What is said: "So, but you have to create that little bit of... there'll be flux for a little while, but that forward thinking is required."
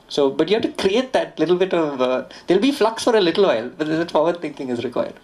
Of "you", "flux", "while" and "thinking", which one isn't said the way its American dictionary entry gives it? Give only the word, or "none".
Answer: thinking